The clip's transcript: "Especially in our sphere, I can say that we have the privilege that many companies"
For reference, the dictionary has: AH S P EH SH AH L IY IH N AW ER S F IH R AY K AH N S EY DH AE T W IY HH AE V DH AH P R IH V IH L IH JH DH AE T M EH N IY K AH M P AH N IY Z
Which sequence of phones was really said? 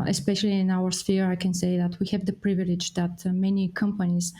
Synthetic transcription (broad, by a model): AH S P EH SH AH L IY IH N AW ER S F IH R AY K AH N S EY DH AE T W IY HH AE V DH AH P R IH V IH L IH JH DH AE T M EH N IY K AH M P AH N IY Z